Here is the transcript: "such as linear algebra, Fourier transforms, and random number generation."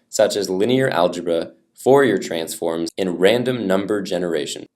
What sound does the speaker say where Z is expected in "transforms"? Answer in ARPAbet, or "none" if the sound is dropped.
Z